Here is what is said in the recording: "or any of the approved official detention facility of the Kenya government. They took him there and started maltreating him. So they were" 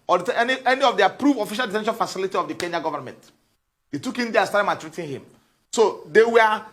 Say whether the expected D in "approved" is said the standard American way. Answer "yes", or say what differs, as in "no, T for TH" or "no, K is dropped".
no, D is dropped